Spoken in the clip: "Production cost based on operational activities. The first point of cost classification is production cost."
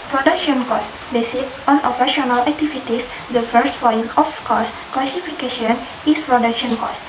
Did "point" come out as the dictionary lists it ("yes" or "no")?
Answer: no